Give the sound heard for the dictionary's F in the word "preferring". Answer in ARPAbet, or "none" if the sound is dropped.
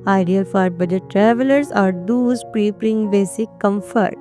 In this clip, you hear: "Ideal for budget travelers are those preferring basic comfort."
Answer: P